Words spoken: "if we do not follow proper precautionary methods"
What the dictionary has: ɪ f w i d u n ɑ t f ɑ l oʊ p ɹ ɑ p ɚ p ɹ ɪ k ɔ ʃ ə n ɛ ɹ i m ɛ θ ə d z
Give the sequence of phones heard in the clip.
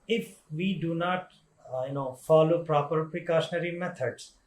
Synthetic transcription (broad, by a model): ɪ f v i d u n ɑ t f ɑ l oʊ p ɹ ɑ p ɚ p ɹ ɪ k ɔ ʃ ə n ɛ ɹ i m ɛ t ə d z